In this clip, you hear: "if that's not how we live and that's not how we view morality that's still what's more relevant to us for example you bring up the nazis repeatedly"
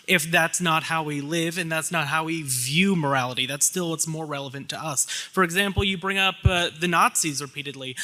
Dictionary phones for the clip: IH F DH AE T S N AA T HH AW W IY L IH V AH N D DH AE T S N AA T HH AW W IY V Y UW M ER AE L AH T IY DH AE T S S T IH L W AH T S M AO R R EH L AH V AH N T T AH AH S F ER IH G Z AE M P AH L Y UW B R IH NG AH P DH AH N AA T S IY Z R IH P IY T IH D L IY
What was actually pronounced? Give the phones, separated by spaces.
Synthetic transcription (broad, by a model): IH F DH AE T S N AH T HH AW W IY L IH V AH N DH AE T S N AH T HH AW W IY V Y UW M ER AE L AH T IY DH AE T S S T IH L W AH T S M AO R R EH L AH V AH N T T AH AH S F ER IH G Z AE M P L Y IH B R IH NG AH P DH AH N AA T S IY Z R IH P IY T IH D L IY